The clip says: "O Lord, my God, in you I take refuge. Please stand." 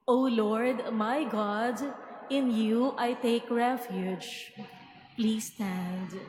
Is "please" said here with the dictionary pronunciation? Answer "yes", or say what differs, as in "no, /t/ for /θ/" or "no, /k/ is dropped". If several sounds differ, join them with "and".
yes